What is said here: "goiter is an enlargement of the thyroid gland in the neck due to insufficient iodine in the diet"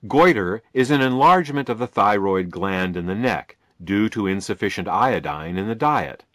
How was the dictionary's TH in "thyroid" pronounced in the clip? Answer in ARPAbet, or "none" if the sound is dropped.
TH